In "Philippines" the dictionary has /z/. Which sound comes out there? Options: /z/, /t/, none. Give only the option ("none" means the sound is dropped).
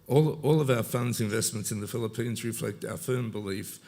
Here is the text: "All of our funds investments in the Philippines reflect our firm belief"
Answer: /z/